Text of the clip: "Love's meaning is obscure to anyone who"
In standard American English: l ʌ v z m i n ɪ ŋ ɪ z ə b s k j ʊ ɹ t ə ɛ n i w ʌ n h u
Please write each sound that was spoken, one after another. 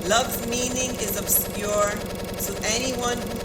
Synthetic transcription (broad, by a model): l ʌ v m i n ɪ ŋ ɪ z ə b s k j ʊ ɹ s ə ɛ n i w ʌ n